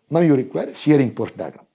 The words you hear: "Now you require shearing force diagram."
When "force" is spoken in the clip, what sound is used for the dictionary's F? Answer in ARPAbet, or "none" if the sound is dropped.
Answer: P